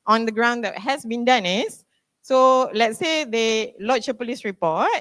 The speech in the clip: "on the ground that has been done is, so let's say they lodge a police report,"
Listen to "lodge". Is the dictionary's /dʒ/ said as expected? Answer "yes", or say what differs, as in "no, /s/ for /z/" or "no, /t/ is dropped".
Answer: no, /tʃ/ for /dʒ/